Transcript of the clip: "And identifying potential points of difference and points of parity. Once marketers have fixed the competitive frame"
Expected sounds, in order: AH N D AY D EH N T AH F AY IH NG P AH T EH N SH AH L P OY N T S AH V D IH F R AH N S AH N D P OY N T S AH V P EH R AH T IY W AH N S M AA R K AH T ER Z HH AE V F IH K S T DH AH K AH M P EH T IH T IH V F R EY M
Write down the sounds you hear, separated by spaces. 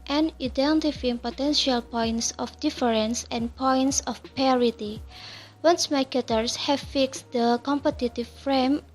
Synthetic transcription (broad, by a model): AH N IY D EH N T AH F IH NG P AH T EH N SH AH L P OY N T S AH F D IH F R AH N S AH N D P OY N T S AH F P EH R AH T IY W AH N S M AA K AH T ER S HH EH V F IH K S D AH K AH M P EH T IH T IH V F R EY M